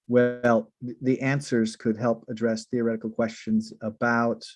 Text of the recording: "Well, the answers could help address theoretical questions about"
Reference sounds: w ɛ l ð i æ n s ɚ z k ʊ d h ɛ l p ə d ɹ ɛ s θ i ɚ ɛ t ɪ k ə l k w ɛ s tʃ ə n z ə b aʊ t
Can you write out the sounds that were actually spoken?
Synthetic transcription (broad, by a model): w ɛ l ð i æ n s ɚ z k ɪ d h ɛ l p ə d ɹ ɛ s θ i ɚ ɛ t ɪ k l k w ɛ s tʃ ə n z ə b aʊ t